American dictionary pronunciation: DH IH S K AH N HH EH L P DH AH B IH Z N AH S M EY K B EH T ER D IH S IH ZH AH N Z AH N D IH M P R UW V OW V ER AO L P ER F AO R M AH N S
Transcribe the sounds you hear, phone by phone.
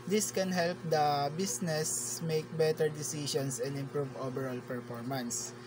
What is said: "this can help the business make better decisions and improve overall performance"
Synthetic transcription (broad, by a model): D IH S K AH N HH EH L P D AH B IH S N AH S M EY K B EH T ER D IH S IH SH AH N S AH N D IH M P R UW V OW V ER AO L P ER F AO R M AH N S